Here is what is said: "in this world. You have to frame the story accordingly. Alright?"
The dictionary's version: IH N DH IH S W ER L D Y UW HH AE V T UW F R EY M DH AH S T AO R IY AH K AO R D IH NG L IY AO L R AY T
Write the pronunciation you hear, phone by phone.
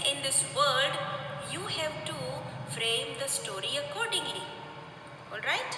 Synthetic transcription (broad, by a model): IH N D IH S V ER D Y UW HH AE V T UW F R EY M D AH S T AO R IY AH K AO R D IH NG L IY AO L R AY T